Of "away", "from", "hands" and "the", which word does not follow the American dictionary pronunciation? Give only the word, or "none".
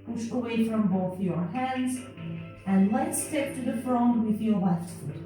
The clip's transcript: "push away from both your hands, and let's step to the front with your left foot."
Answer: none